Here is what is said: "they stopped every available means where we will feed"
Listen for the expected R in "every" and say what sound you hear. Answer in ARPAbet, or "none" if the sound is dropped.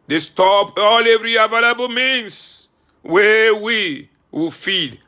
R